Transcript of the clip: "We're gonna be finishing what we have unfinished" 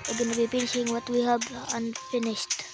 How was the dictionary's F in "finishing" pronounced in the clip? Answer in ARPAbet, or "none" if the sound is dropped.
P